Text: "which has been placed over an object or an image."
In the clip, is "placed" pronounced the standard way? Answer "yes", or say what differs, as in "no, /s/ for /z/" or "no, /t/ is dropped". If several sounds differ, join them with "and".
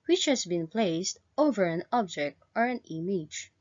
yes